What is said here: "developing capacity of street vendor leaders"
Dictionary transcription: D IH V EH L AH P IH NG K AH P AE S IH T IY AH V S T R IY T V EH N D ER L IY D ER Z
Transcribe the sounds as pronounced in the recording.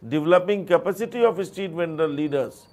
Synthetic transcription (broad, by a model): D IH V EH L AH P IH NG K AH P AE S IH T IY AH F S T IY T V EH N D ER L IY D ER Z